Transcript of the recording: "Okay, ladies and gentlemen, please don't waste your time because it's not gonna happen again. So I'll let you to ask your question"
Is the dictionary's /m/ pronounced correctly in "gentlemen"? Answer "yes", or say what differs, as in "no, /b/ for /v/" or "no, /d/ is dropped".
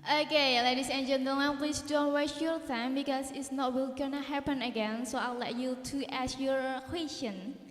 no, /m/ is dropped